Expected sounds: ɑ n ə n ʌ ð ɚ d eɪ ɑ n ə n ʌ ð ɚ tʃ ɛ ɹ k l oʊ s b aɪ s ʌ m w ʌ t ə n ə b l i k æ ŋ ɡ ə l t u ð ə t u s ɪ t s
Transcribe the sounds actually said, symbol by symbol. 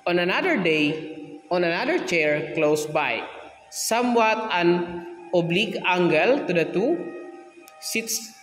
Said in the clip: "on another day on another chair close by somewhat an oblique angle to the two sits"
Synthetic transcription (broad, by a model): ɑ n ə n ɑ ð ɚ d eɪ ɑ n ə n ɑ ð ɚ tʃ ɛ ɹ k l oʊ s b aɪ s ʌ m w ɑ t ə n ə b l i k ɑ ŋ ɡ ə l t u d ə t u s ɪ t s